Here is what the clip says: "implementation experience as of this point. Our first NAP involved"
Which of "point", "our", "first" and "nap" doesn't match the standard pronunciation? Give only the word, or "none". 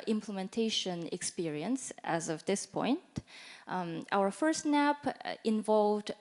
none